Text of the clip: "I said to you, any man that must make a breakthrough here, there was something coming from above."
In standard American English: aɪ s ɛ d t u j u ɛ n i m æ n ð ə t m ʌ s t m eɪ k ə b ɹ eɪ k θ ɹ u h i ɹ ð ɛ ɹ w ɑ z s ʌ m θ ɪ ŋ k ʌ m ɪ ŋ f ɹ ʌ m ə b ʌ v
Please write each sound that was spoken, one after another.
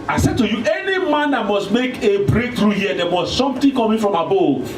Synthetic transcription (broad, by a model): aɪ s ɛ d t u j u ɛ n i m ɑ n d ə t m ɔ s t m eɪ k ə b ɹ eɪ k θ ɹ u h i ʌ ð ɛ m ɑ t s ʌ m t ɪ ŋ k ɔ m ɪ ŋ f ɹ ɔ m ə b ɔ